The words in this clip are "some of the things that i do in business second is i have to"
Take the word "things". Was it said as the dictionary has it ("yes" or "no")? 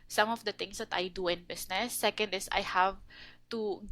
no